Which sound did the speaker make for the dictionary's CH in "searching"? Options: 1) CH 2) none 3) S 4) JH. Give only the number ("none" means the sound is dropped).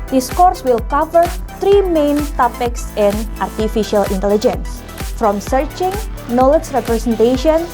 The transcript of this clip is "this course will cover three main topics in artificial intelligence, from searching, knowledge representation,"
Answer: 1